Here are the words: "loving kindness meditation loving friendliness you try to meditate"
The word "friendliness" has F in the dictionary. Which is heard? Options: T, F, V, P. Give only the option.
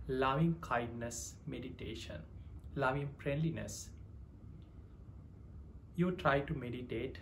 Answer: P